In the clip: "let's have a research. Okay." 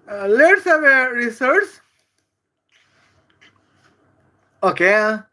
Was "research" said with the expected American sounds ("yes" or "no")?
no